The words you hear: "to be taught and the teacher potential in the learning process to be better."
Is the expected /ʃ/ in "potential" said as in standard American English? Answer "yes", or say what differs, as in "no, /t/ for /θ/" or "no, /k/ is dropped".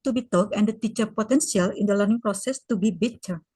no, /s/ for /ʃ/